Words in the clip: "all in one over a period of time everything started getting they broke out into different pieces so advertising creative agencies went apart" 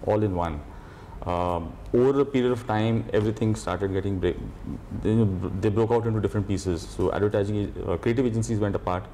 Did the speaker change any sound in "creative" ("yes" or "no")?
no